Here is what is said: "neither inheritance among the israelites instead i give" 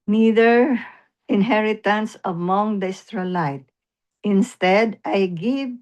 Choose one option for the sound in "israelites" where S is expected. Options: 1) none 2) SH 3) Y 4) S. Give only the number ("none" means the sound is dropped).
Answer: 1